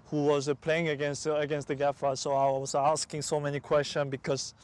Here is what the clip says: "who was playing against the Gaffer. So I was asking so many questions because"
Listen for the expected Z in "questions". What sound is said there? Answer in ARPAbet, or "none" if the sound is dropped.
none